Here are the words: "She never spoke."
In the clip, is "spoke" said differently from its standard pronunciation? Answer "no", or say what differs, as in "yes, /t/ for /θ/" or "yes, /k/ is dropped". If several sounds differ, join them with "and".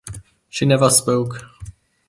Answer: no